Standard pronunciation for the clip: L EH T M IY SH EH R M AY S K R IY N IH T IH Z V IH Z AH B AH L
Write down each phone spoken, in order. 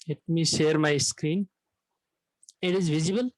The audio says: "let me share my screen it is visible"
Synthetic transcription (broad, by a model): L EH T M IY SH EH R M AY S K R IY N IH T IH Z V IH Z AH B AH L